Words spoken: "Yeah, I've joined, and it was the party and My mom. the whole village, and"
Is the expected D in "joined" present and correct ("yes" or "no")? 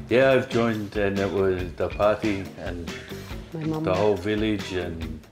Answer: yes